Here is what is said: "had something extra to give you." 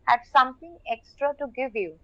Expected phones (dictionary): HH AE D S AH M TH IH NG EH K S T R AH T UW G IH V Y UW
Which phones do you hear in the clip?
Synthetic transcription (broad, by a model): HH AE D S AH M T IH NG EH K S T R AH T UW G IH V Y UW